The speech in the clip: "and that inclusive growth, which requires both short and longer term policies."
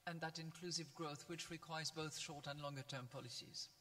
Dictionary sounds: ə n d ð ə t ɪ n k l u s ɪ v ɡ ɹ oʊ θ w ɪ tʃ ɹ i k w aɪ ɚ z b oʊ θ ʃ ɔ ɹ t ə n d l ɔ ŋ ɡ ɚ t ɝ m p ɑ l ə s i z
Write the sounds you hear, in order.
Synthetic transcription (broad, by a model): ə n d ð ə t ɪ n k l u s ɪ v ɡ ɹ oʊ θ w ɪ tʃ ɹ i k w aɪ ɚ z b oʊ θ ʃ ɔ ɹ t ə n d l ɔ ŋ ɡ ɚ t ɝ m p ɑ l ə s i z